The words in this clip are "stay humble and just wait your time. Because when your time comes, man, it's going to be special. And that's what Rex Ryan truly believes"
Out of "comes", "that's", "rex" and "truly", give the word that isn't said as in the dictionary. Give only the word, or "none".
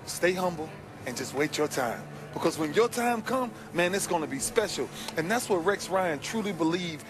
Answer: comes